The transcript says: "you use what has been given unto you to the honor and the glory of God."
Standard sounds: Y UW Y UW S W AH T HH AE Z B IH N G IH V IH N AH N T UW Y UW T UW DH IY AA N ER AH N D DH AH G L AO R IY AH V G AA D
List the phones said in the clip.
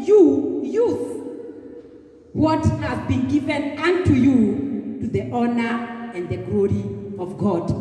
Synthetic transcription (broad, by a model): Y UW Y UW TH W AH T HH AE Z B IH N G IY V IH N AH N T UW Y UW T UW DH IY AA N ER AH N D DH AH G L AO R IY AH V G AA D